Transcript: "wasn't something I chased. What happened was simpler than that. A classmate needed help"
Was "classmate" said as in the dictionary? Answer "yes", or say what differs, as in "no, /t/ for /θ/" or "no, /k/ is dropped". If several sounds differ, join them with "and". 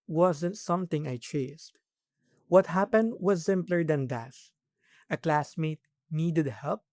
yes